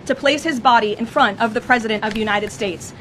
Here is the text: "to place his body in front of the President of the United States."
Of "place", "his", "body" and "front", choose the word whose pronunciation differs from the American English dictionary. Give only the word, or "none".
none